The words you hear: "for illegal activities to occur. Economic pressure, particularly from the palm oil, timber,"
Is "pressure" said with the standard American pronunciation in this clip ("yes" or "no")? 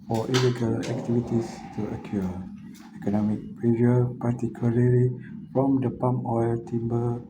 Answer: no